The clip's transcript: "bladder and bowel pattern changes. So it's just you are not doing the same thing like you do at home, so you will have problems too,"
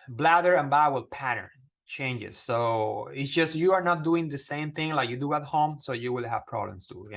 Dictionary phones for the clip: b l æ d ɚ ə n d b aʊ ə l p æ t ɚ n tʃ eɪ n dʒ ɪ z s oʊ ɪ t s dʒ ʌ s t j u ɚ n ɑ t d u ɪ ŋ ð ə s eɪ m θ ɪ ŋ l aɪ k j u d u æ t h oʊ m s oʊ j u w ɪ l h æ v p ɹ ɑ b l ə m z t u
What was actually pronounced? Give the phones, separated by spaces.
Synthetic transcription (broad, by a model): b l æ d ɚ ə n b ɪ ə l p æ t ɚ n tʃ eɪ n dʒ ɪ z s oʊ ɪ t s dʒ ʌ s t j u ɚ n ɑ t d u ɪ ŋ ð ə s eɪ m θ ɪ ŋ l aɪ k j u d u æ t h oʊ m s oʊ j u w ɪ l h æ v p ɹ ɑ b l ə m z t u